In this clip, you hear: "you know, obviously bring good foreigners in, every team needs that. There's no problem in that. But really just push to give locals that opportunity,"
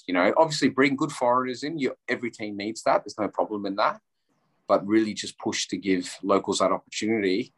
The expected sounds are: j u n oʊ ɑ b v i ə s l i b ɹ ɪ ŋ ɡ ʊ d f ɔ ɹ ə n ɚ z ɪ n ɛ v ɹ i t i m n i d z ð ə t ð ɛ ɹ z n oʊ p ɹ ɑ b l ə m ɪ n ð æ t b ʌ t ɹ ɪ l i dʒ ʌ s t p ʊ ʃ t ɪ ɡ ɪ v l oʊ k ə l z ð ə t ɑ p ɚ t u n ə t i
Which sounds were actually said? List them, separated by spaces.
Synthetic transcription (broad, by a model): j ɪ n oʊ ɑ b v i ə s l i b ɹ ɪ ŋ ɡ ʊ d f ɔ ɹ ə n ɚ z ɪ n ɛ v ɹ i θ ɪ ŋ n i d z ð ə t ð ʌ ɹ z n oʊ p ɹ ɑ b l ə m ɪ n ð æ t b ʌ t ɹ ɪ l i dʒ ʌ s p ʊ ʃ t ɪ ɡ ɪ v l oʊ k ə l z ð ə t ɑ p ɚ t u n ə t i